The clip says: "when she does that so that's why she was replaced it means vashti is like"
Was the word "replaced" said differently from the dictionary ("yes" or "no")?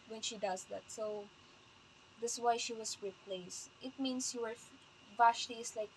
no